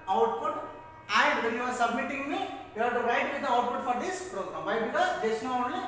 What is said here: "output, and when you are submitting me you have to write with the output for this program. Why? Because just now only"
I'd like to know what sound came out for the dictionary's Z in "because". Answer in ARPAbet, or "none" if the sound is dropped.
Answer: none